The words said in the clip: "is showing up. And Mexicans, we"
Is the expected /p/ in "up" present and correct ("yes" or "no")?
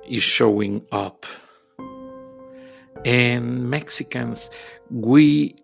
yes